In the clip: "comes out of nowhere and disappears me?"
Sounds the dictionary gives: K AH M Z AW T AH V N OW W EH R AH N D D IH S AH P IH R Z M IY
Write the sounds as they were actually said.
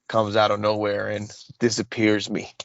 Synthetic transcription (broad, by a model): K AH M Z AW T AH V N OW W EH R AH N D D IH S AH P IH R Z M IY